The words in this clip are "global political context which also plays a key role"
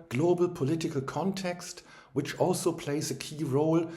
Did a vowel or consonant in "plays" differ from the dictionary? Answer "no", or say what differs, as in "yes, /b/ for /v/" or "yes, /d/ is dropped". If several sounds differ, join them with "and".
no